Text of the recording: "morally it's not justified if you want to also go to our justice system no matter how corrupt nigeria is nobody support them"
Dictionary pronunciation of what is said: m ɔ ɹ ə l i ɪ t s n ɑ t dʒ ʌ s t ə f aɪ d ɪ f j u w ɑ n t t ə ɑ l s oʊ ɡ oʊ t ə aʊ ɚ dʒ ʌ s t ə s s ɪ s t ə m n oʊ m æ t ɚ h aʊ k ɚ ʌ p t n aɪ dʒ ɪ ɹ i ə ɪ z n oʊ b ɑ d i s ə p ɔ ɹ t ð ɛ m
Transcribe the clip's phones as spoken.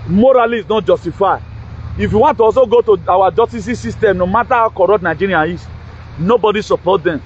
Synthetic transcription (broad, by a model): m ɔ ɹ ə l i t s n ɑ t dʒ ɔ s t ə f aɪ ɪ f j u w ɑ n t t ə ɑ s oʊ ɡ oʊ t ə aʊ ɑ dʒ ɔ s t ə s s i s t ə m n oʊ m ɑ t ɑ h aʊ k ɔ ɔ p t n aɪ dʒ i ɹ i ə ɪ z n oʊ b ɑ d i s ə p ɔ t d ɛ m